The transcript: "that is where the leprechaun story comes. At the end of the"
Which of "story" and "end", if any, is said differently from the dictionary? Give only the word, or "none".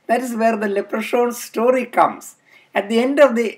none